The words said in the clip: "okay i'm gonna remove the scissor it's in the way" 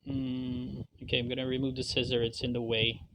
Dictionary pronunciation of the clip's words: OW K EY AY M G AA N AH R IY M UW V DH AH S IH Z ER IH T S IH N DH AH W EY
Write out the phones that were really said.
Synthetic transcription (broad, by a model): OW K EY AY M G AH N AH R IY M UW V DH AH S IH Z ER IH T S IH N DH AH W EY